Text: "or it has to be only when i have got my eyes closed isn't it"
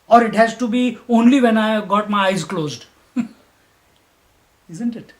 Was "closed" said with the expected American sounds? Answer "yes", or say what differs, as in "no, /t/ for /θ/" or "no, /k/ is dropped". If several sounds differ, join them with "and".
yes